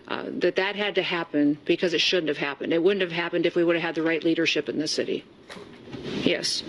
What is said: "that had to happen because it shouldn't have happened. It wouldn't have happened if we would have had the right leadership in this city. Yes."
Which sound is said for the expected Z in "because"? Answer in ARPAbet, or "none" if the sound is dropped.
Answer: Z